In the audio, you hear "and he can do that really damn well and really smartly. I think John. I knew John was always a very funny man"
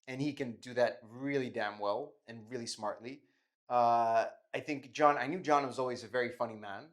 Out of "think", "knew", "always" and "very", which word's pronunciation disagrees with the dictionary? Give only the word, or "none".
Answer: none